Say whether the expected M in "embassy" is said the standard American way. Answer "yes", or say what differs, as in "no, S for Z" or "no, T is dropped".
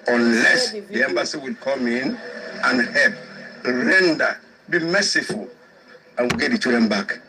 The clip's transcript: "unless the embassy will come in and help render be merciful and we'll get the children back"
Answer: yes